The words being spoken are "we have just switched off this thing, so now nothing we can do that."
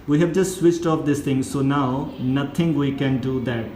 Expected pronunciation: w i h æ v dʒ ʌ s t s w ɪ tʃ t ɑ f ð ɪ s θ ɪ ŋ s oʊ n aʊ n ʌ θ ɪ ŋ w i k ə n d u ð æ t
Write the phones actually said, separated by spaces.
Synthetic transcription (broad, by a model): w i h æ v dʒ ʌ s t s w ɪ tʃ t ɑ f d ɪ s t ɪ ŋ s oʊ n aʊ n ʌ t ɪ ŋ w i k ə n d u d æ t